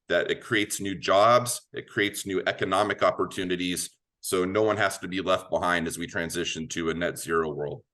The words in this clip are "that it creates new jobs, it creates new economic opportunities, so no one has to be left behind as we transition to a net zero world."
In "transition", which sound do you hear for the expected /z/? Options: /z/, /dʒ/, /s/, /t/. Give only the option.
/z/